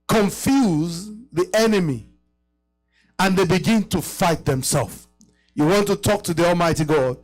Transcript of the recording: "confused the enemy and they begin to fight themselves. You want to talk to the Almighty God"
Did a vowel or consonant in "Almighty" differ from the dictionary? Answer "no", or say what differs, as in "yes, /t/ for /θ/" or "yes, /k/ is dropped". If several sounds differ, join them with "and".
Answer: no